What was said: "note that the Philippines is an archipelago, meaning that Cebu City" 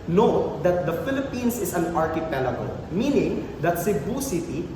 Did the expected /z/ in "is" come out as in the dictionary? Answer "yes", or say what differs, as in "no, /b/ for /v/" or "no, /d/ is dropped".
no, /s/ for /z/